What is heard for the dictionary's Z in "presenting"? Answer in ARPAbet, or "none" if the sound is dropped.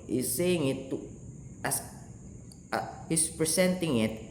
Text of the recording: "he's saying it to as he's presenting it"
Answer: S